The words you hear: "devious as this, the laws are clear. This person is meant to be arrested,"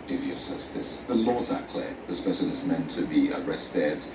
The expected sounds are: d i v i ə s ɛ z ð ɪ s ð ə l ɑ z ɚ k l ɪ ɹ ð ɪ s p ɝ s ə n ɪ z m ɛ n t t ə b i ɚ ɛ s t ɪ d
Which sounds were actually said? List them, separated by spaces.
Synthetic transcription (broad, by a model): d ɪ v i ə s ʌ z ð ɪ s ð ə l ɑ z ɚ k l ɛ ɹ ð ɪ s p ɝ ʃ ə l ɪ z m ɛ n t t ə b i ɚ ɛ s t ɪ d